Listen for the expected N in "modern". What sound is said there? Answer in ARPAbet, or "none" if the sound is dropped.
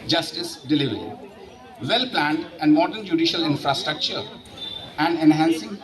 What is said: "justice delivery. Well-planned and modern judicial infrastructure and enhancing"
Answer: N